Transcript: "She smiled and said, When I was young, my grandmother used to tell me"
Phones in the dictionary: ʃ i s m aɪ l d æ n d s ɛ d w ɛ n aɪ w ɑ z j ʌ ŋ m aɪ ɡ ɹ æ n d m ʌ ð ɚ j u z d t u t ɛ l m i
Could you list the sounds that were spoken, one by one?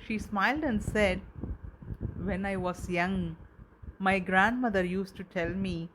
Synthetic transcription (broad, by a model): ʃ i s m aɪ l d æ n d s ɛ d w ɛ n aɪ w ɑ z j ʌ ŋ m aɪ ɡ ɹ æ n d m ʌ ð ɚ j u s t u t ɛ l m i